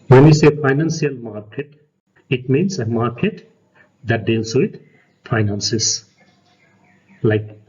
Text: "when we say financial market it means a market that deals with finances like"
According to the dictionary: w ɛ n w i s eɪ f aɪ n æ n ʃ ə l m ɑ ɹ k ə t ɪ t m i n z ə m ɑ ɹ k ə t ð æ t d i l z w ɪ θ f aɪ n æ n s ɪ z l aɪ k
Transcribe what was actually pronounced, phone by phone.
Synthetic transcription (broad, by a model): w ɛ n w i s eɪ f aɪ n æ n s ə l m ɑ ɹ k ə t ɪ t m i n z ə m ɑ ɹ k ə t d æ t d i l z w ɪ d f aɪ n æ n s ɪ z l aɪ k